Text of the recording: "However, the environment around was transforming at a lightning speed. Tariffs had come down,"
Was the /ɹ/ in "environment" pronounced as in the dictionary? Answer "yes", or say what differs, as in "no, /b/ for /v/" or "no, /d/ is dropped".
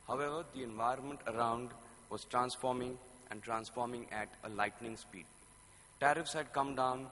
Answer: yes